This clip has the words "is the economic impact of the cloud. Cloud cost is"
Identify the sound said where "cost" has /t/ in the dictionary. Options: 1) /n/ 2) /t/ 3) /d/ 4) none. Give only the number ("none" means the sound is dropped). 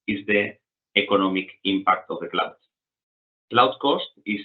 2